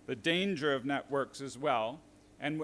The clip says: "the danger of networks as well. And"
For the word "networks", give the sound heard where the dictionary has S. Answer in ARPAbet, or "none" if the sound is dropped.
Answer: S